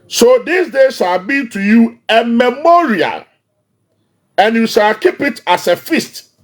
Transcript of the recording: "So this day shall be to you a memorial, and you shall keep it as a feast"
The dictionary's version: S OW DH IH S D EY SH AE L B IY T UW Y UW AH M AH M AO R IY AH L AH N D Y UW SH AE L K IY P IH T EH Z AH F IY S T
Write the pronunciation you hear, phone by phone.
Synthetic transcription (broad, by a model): S OW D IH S D EY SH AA L B IY T UW Y UW AH M AH M AO R IY AH L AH N Y UW SH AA L K IY P IH T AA S AH F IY S T